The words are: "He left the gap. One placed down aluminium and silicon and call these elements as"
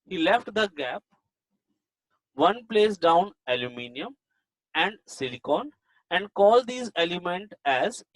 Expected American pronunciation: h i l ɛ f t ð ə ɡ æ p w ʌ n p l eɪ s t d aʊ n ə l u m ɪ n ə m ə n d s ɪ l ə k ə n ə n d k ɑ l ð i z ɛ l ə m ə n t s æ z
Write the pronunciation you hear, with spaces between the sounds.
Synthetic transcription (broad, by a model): h i l ɛ f t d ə ɡ æ p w ʌ n p l eɪ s d aʊ n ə l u m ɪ n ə m ə n d s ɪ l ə k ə n ə n d k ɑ l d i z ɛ l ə m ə n t æ z